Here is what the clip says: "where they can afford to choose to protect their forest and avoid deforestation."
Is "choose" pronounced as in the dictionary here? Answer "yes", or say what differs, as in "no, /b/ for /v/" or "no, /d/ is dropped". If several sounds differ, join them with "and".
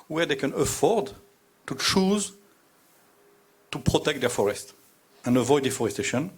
yes